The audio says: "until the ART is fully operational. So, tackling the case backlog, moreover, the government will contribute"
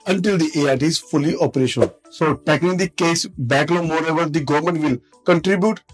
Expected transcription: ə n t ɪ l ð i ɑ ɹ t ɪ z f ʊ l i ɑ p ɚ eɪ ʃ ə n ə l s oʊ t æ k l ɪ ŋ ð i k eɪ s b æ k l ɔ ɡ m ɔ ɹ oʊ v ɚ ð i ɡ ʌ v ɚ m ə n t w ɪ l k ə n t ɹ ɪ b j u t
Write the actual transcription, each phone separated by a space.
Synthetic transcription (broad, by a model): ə n t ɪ l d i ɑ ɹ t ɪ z f ʊ l i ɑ p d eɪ ʃ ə n s oʊ t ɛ k ɪ ŋ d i k eɪ s b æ k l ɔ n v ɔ ɹ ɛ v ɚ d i ɡ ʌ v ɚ m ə n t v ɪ l k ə n t ɹ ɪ b j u t